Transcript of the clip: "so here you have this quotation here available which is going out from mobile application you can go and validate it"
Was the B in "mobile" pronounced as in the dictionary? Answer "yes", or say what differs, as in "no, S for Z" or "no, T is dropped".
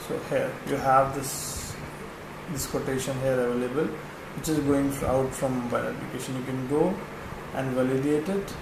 no, B is dropped